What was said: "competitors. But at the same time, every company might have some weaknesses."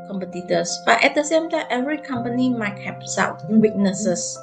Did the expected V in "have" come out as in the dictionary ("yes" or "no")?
no